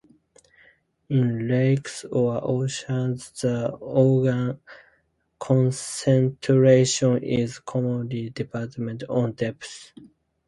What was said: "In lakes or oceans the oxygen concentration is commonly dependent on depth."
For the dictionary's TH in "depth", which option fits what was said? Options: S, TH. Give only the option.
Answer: S